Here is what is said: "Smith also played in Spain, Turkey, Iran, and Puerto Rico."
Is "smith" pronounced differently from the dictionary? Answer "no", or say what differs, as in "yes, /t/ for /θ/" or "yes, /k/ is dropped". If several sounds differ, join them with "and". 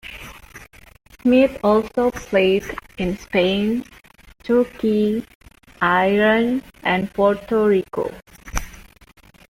yes, /t/ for /θ/